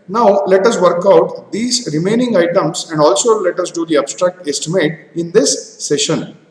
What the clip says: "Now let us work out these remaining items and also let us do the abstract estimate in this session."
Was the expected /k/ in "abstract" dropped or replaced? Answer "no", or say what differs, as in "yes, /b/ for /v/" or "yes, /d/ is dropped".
no